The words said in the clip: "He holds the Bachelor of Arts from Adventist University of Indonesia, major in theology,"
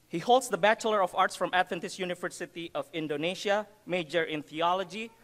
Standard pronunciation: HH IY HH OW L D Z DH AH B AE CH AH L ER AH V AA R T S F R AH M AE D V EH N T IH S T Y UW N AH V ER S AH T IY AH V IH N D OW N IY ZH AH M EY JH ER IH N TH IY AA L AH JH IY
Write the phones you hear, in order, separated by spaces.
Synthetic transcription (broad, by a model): HH IY HH OW L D S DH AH B AE CH AH L ER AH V AA R T S F R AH M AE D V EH N T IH S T Y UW N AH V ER S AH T IY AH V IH N D OW N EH SH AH M EY JH ER IH N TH IY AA L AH JH IY